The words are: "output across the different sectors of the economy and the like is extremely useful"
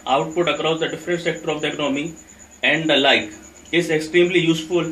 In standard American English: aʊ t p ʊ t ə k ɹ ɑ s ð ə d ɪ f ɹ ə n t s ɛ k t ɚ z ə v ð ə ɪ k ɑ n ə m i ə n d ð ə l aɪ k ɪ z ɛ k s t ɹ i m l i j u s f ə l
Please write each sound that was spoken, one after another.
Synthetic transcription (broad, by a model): aʊ t p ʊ t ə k ɹ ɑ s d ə d ɪ f ɹ ə n t s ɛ k t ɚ ə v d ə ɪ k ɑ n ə m i ə n d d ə l aɪ k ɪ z ɛ k s t ɹ i m l i j u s f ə l